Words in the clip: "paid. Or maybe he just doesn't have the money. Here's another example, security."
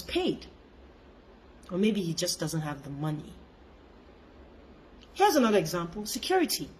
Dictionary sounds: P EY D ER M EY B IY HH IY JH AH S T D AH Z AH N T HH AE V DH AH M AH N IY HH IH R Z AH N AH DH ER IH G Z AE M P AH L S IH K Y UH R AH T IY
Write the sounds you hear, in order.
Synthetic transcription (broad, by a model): P EY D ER M EY B IY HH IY JH AH S D AH Z AH N T HH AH V DH AH M AH N IY HH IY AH Z AH N AH DH ER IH G Z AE M P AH L S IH K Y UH R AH T IY